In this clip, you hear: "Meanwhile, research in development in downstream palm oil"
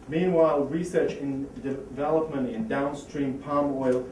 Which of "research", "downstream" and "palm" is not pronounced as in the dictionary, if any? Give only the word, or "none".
none